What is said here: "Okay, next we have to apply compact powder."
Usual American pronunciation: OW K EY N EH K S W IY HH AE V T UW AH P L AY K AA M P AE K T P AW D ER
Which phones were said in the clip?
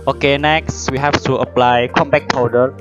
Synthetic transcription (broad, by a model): OW K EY N EH K S W IY HH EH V T UW AH P L AY K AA M B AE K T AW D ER